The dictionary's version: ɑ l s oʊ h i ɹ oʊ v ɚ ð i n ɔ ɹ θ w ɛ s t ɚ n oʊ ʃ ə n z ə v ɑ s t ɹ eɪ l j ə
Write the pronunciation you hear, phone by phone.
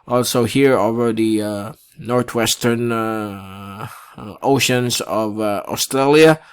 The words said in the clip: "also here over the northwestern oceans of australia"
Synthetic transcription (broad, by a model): ɑ l s oʊ h i ɹ oʊ v ɚ ð i n ɔ ɹ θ w ɛ s t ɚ n oʊ ʃ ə n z ə v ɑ s t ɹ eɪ l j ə